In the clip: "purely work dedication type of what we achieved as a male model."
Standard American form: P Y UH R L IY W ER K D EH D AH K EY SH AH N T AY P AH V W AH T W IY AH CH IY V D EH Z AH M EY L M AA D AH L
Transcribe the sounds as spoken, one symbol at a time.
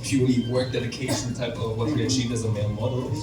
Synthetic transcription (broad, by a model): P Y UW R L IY W ER K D EH D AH K EY SH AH N T AY P AH V W AH T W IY AH CH IY V D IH Z AH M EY N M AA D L